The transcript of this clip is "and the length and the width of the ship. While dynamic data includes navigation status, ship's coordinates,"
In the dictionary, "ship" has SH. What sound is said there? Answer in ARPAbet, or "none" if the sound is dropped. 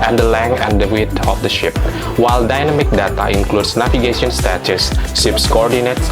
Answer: SH